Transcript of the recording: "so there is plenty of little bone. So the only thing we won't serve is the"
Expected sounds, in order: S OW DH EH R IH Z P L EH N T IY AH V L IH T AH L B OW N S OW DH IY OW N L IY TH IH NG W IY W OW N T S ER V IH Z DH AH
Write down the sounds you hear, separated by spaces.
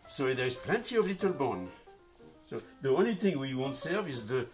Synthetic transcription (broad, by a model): S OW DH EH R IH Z P L EH N T IY AH V L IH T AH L B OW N S OW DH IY OW N L IY TH IH NG W IY W OW N T S ER V IH Z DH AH